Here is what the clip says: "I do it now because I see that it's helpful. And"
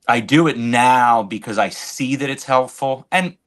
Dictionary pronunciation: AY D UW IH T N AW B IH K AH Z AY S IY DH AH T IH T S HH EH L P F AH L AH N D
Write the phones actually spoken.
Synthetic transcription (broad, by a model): AY D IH IH T N AW B IH K AH Z AY S IY DH AH T IH T S HH EH L P F L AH N